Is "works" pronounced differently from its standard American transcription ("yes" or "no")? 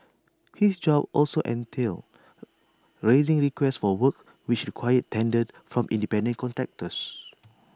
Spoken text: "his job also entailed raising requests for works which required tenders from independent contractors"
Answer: yes